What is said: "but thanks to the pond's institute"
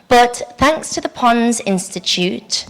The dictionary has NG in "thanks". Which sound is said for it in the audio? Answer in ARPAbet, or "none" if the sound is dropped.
NG